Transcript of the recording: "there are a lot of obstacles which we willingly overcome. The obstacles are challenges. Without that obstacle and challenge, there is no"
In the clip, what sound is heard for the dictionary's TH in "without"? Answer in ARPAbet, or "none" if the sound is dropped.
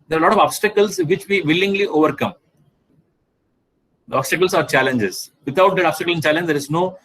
T